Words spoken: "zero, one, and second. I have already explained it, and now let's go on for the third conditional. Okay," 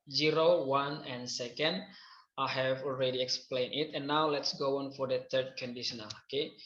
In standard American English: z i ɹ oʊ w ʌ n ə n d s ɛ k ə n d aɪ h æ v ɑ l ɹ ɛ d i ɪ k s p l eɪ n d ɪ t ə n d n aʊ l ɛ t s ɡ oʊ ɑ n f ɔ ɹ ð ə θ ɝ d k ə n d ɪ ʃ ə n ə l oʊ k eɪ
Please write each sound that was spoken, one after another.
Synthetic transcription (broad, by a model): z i ɹ oʊ w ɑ n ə n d s ɛ k ə n d aɪ h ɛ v ɑ l ɹ ɛ d i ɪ k s p l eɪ n ɪ t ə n n aʊ l ɛ t s ɡ oʊ ɑ n f ɔ ɹ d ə t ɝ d k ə n d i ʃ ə n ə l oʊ k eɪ